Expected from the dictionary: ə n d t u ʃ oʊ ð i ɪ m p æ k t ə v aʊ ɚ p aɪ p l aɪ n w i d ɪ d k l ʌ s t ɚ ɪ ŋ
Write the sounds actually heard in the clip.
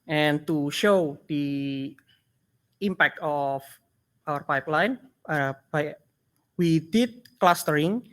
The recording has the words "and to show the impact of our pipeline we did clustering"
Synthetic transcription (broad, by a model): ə n t u ʃ oʊ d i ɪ m p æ k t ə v aʊ ɚ p aɪ p l aɪ n w i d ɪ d k l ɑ s t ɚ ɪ ŋ